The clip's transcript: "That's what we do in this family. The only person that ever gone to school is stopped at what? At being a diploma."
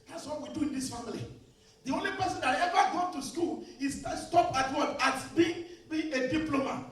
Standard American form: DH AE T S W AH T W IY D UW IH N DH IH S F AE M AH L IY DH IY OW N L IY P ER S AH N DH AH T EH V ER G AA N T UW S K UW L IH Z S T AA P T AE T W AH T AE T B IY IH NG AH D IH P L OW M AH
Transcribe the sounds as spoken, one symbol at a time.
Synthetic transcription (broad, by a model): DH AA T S W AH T W IY D UW IH N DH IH S F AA M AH L IY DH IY OW N L IY P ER S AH N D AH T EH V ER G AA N T UW S K UW L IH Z S T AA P AA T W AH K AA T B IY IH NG AH D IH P L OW M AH